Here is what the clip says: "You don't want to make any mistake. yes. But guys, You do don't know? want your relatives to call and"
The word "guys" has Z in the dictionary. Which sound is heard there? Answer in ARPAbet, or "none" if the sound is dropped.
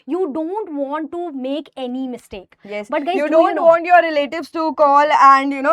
none